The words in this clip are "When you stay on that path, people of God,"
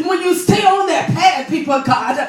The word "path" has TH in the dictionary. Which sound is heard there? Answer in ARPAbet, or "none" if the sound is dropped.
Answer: S